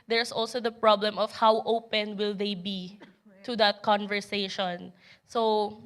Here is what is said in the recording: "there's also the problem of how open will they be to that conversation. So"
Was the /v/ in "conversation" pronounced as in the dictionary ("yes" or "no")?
yes